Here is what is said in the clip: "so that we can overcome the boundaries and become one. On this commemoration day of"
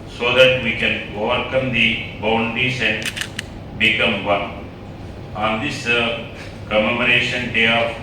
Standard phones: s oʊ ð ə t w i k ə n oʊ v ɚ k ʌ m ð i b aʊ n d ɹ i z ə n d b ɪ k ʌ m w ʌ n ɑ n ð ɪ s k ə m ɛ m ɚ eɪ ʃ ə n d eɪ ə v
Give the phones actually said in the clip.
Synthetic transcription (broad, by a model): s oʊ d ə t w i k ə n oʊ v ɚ k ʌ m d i b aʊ n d i s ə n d b ɪ k ʌ m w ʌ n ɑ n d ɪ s k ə m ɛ m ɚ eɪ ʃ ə n d eɪ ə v